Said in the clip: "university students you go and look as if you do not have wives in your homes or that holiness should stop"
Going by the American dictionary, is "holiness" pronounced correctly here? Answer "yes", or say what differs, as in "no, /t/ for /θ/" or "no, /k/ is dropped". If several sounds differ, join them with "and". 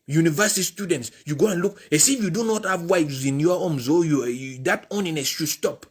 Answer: no, /n/ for /l/